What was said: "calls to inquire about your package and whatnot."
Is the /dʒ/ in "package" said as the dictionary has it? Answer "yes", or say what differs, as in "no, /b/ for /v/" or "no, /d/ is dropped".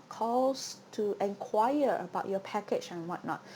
no, /tʃ/ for /dʒ/